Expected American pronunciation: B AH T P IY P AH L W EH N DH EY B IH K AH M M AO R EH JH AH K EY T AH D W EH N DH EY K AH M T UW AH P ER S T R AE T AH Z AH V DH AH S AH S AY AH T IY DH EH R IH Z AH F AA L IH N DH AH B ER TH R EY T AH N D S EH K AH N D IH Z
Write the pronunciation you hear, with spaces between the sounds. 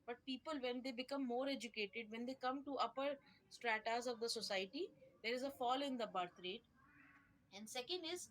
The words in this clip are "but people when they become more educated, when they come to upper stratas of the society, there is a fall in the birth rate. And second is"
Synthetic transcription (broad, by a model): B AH T P IY P AH L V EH N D EY B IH K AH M M AO R EH JH AH K EY T AH D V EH N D EY K AH M T UW AH P ER S T R AE T AH Z AH V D AH S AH S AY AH T IY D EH R IH Z AH F AA L IH N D AH B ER T R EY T AH N D S EH K AH N D IH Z